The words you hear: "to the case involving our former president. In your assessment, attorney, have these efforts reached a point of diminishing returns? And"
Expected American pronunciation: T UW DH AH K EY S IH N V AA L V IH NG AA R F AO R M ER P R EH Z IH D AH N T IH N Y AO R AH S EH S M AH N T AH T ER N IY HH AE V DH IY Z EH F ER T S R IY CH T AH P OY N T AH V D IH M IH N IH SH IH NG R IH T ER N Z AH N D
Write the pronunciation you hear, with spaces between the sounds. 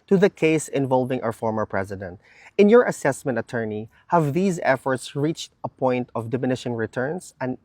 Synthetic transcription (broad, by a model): T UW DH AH K EY S IH N V AA L V IH NG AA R F AO R M ER P R EH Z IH D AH N T IH N Y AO R AH S EH S M AH N T AH T ER N IY HH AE V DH IY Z EH F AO T S R IY CH T AH P OY N T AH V D IH M IH N IH SH IH NG R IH T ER N S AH N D